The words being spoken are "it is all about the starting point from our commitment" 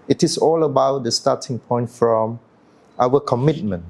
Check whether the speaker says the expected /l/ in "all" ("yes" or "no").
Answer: yes